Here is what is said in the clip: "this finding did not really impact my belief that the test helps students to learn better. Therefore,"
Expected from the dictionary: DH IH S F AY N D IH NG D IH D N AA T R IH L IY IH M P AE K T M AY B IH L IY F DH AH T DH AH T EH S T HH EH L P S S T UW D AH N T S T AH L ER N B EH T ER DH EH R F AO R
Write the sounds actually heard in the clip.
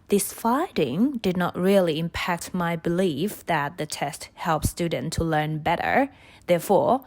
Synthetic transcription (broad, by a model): DH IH S F AY D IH NG D IH D N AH T R IH L IY IH M P AE K T M AY B IH L IY F DH AH T DH AH T EH S T HH EH L P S S T UW D N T T AH L ER N B EH T ER DH EH R F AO R